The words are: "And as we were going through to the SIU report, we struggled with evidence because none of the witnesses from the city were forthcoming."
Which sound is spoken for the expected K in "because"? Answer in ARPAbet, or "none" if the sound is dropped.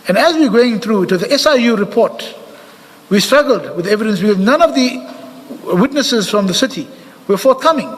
none